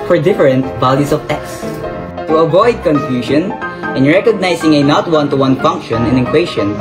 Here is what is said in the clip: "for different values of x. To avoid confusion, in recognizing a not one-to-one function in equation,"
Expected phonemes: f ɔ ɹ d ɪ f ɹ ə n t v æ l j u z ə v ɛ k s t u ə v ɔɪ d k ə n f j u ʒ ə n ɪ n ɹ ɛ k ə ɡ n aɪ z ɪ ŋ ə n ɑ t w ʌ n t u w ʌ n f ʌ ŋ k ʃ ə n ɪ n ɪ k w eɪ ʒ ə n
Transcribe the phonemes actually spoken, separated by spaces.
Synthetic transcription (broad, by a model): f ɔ ɹ d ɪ f ɹ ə n t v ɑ l j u s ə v ɛ k s t u ə v ɔɪ d k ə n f j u ʃ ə n ɪ n ɹ ɛ k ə ɡ n aɪ s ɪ ŋ ə n ɑ t w ʌ n t u w ʌ n f ʌ ŋ k ʃ ə n ɪ n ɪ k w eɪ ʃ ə n